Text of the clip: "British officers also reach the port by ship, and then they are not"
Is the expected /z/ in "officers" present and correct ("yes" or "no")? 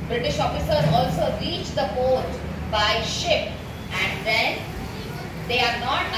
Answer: no